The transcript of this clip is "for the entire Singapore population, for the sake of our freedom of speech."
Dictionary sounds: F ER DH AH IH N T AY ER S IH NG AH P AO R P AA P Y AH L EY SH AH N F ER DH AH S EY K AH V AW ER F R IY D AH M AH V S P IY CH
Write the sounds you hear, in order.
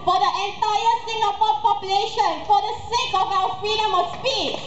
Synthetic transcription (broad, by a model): F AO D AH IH N T AY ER S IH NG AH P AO P AA P Y AH L EY SH AH N F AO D AH S EY K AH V AW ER F R IY D AH M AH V S P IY